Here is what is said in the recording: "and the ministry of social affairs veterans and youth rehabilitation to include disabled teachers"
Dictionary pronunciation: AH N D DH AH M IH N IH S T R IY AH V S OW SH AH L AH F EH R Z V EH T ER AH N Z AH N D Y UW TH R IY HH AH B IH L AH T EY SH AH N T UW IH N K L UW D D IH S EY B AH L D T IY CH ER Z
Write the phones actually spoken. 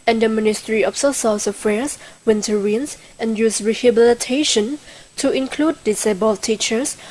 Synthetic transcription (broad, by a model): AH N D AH M IH N IH S T R IY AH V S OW S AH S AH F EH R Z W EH T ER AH N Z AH N Y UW S R IY HH AH B IH L AH T EY SH AH N T UW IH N K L UW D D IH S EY B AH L T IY CH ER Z